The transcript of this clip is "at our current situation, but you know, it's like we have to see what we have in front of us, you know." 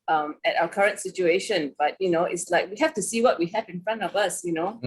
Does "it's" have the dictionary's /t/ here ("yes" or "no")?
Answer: yes